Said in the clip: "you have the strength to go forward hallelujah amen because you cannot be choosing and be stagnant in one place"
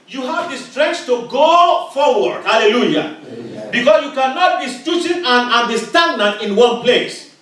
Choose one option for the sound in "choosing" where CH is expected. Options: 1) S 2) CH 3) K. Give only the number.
1